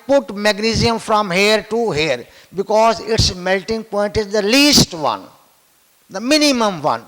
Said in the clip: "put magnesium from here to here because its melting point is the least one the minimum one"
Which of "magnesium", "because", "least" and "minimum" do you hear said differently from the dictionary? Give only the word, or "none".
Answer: none